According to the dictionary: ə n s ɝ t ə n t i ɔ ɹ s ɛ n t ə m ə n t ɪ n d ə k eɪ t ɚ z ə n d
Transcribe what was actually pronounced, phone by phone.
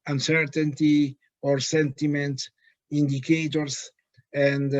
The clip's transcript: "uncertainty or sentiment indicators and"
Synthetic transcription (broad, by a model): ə n s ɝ t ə n t i ɔ ɹ s ɛ n t ə m ə n t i n d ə k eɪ t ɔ s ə n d